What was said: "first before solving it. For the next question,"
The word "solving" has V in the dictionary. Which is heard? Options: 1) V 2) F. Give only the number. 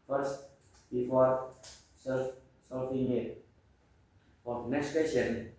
2